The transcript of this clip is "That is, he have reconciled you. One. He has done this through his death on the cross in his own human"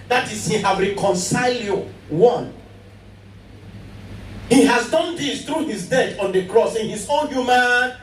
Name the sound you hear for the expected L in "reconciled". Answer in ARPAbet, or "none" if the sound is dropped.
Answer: L